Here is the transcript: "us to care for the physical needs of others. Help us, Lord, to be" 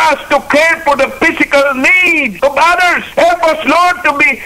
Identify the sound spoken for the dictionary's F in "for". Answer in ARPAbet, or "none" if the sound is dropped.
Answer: F